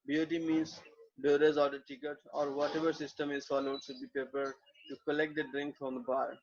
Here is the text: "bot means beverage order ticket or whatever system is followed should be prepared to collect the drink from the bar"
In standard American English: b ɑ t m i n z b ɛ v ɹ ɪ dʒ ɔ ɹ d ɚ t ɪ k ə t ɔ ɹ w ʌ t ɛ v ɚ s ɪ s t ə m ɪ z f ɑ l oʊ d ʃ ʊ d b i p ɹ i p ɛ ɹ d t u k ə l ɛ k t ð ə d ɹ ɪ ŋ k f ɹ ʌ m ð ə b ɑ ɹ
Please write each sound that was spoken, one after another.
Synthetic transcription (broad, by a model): b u t m i n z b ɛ ɹ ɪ z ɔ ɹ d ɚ t ɪ k ə t ɔ ɹ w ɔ t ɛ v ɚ s ɪ s t ə m ɪ z f ɑ l oʊ d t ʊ b i p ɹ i p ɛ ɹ d t u k ə l ɛ k t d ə d ɹ ɪ ŋ k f ɹ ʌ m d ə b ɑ ɹ